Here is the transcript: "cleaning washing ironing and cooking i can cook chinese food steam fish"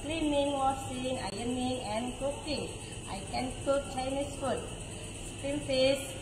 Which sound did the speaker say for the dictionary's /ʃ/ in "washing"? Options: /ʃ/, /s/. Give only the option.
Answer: /s/